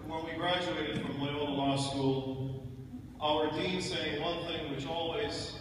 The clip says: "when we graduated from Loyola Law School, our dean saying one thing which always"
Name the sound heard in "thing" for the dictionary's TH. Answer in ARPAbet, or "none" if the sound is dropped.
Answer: TH